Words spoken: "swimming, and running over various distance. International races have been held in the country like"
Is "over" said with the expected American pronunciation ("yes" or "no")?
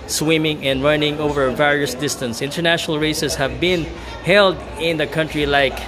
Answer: yes